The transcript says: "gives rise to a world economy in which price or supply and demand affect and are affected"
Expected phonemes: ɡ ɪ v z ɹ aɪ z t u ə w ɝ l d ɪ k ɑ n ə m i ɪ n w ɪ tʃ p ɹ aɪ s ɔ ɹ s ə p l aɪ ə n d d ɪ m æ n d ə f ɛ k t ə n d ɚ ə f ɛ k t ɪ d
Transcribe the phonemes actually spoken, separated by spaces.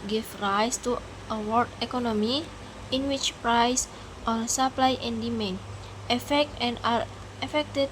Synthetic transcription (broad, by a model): ɡ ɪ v ɹ aɪ s t u ə w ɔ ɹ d ɪ k ɑ n ə m i ɪ n w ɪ tʃ p ɹ aɪ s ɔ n s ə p l aɪ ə n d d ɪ m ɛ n ə f ɛ k t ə n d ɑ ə f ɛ k t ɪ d